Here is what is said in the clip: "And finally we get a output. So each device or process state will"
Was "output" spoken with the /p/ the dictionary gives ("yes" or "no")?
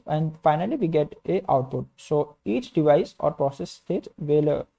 yes